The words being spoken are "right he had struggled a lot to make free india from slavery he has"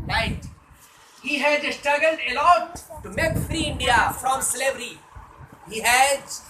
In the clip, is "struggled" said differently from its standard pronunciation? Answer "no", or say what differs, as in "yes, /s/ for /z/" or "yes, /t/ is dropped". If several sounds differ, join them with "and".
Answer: no